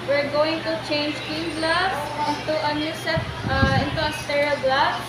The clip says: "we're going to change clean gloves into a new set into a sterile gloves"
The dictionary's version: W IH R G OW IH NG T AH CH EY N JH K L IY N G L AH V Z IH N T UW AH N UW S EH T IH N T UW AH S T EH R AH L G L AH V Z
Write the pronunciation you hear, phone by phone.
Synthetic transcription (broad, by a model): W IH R G OW IH NG T AH CH EY N JH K IY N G L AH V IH N T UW AH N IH S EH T IH N T UW AH S T EH R AH L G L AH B